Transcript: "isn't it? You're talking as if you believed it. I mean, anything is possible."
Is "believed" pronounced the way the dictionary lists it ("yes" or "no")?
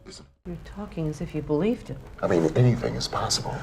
yes